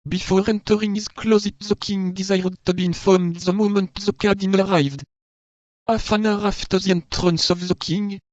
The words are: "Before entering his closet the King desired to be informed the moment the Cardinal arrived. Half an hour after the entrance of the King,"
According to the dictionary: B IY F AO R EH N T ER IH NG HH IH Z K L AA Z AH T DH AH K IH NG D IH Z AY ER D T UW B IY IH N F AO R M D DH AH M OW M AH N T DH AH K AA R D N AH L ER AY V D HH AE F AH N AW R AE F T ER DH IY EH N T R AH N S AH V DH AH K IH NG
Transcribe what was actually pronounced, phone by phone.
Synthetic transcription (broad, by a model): B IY F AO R EH N T ER IH NG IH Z K L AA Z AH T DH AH K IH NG D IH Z AY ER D T UW B IY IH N F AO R M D DH AH M OW M AH N T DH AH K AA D AH N ER AY V D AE F AH N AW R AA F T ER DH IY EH N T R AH N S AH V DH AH K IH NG